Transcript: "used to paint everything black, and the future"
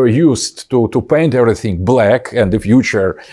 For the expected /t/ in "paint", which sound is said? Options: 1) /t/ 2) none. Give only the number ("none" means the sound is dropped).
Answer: 1